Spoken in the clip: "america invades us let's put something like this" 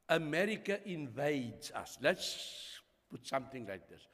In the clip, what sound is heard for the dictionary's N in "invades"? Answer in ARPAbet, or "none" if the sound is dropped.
N